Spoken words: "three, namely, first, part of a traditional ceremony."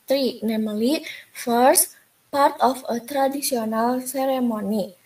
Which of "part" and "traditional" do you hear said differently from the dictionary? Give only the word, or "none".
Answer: traditional